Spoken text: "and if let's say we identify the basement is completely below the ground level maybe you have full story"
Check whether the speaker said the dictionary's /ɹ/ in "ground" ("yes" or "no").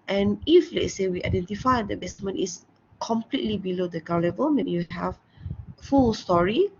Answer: no